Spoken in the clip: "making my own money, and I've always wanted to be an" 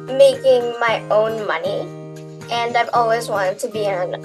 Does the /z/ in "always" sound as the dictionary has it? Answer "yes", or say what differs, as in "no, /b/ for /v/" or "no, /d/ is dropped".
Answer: yes